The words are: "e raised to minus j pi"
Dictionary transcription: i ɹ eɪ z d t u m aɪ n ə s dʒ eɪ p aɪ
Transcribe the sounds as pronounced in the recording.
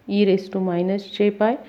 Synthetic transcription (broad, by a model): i ɹ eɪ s t u m aɪ n ə s tʃ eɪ p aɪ